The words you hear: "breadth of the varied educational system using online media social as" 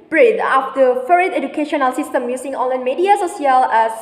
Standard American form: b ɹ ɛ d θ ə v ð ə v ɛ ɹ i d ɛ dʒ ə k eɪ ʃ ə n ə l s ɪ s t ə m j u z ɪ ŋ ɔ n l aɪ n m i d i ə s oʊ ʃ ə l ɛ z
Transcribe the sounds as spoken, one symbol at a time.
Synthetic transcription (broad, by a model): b ɹ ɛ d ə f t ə f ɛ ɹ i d ɛ dʒ ə k eɪ ʃ ə n ə l s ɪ s t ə m j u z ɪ ŋ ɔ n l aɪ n m i d i ə s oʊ s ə l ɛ